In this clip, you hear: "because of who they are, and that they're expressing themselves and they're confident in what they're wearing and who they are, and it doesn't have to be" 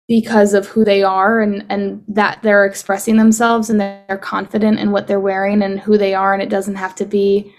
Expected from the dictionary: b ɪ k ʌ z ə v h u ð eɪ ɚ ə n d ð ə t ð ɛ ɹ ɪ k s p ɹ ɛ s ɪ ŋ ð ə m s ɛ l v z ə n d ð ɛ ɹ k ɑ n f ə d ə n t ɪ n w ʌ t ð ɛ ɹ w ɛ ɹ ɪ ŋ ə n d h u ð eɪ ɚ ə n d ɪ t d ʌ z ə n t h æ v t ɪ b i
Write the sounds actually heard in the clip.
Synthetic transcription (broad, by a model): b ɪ k ʌ z ə v h u ð eɪ ɚ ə n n ð ə t ð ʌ ɹ ɪ k s p ɹ ɛ s ɪ ŋ ð ə m s ɛ l v z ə n ð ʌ ɹ k ɑ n f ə d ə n t ɪ n w ʌ t ð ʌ ɹ w ɛ ɹ ɪ ŋ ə n h u ð eɪ ɚ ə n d ɪ t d ʌ z n t h æ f t ɪ b i